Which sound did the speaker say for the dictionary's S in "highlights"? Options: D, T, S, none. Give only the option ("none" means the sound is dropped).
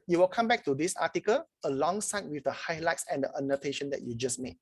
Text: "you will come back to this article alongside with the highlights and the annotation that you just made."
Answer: S